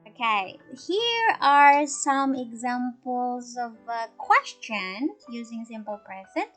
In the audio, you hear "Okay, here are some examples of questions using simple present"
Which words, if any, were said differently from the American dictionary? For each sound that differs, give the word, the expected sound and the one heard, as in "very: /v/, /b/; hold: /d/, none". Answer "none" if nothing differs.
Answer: questions: /z/, none